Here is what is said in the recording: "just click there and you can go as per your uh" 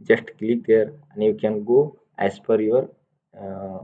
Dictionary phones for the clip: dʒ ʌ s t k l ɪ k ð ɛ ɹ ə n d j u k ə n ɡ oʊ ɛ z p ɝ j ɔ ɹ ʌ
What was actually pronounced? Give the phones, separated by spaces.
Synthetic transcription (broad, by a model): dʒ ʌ s t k l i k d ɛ ɹ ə n j u k ə n ɡ oʊ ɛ s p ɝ j ɔ ɹ